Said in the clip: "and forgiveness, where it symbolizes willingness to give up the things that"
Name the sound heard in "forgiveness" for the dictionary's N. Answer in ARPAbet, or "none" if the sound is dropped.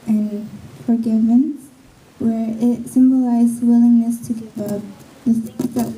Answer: none